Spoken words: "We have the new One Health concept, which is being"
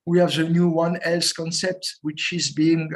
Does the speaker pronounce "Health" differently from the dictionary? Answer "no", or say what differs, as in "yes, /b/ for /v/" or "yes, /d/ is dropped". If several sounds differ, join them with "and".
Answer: yes, /s/ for /θ/